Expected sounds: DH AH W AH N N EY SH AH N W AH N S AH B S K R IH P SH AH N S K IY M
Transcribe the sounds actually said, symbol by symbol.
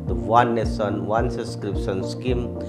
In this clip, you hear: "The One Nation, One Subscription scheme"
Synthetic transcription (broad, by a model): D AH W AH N N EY S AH N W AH N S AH S K R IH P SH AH N S K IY M